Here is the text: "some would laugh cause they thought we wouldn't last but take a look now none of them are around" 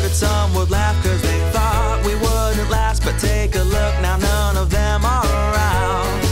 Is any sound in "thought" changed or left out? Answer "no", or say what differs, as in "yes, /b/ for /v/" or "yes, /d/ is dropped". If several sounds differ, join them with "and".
no